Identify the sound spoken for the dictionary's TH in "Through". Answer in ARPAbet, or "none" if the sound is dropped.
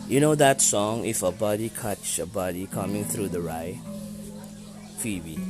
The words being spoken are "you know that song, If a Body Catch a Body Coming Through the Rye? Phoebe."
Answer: TH